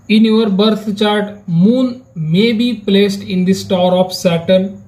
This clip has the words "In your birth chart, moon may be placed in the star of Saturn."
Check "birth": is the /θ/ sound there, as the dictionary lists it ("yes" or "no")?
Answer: no